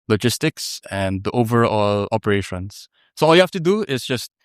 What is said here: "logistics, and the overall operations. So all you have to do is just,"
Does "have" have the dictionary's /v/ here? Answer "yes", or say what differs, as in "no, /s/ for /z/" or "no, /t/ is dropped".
no, /f/ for /v/